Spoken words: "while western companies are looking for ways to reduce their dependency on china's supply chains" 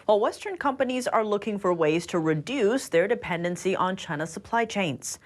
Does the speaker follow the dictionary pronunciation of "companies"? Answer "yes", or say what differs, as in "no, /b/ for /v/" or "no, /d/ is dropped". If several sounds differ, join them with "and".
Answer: yes